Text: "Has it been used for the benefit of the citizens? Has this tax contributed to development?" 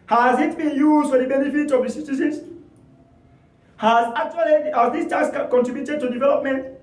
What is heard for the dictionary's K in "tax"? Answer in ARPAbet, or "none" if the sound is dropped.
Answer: none